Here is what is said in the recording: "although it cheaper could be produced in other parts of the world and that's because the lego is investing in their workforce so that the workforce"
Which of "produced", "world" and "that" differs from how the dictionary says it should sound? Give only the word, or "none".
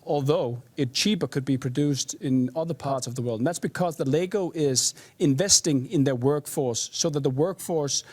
none